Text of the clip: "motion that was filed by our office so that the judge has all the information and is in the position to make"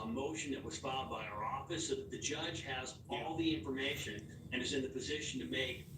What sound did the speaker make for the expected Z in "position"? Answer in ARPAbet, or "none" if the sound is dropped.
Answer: Z